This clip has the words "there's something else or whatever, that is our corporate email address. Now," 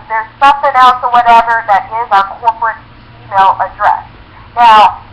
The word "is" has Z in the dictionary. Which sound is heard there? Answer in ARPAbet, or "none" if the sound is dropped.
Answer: Z